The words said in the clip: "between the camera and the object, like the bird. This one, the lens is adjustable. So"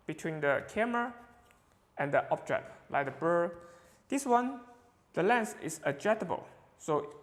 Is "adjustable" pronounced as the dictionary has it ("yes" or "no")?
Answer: no